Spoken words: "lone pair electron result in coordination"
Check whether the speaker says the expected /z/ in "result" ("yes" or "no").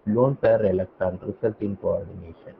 no